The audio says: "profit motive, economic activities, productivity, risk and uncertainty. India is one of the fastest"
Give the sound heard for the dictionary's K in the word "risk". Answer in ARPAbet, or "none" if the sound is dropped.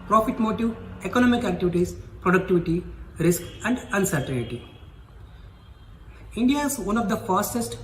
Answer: K